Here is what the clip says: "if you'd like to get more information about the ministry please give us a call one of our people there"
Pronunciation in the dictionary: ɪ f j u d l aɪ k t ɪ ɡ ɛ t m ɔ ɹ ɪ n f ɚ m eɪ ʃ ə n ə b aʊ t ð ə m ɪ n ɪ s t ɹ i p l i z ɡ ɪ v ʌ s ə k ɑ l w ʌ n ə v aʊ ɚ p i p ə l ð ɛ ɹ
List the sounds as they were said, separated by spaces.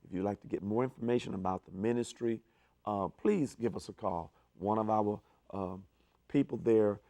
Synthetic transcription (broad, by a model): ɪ f j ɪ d l aɪ k t ɪ ɡ ɛ t m ɔ ɹ ɪ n f ɚ m eɪ ʃ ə n ə b aʊ t ð ə m ɪ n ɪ s t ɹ i p l i z ɡ ɪ v ʌ s ə k ɑ l w ʌ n ə v aʊ ɚ p i p l ð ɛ ɹ